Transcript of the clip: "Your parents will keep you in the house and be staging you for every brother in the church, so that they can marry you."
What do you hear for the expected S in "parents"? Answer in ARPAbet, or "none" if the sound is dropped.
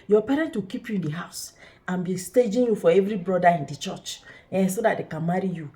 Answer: none